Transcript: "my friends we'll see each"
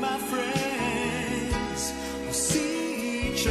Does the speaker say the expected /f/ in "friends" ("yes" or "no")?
yes